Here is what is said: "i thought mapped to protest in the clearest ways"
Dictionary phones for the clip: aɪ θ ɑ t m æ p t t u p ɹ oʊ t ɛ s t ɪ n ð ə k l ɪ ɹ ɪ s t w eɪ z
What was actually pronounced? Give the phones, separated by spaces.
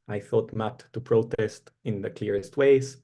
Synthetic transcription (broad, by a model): aɪ θ ɑ t m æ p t t u p ɹ oʊ t ɛ s t ɪ n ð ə k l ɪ ɹ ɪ s t w eɪ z